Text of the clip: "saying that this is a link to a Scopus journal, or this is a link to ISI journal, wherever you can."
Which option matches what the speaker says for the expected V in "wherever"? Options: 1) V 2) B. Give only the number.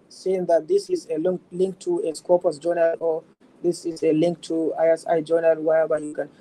2